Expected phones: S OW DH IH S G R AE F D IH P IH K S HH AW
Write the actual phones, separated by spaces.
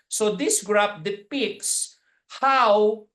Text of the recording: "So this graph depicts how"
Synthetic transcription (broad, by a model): S OW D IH S G R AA P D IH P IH K S HH AW